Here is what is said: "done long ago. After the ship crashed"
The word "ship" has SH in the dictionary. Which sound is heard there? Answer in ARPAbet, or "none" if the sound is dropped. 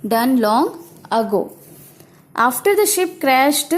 SH